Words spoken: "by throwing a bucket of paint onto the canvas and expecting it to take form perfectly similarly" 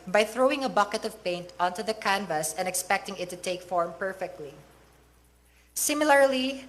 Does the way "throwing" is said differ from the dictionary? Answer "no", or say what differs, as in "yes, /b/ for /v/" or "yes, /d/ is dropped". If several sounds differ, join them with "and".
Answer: no